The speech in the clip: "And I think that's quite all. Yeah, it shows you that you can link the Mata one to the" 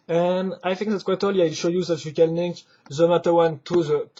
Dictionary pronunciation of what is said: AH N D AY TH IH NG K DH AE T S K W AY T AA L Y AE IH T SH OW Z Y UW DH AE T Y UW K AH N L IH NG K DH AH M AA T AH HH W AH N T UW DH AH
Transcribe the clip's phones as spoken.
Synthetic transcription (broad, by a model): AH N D AY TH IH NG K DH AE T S K W AY T AA L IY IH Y SH OW Y UW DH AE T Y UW K AH N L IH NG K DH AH M AA T AH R W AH N T UW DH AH